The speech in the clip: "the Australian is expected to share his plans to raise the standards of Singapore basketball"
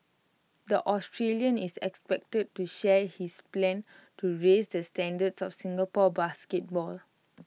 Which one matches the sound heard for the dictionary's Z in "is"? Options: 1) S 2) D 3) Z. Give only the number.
1